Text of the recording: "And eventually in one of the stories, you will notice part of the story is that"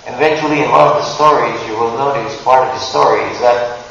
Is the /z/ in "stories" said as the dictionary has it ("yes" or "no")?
yes